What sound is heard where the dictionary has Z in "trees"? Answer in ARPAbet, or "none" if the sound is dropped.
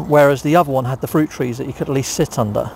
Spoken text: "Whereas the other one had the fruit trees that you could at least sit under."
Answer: Z